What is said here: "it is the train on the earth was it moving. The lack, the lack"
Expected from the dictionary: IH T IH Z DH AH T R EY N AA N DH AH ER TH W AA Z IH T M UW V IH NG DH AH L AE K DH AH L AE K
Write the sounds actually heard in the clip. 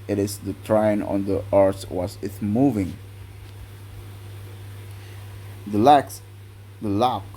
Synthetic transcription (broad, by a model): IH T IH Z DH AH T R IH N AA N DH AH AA S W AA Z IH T M UW V IH NG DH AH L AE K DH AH L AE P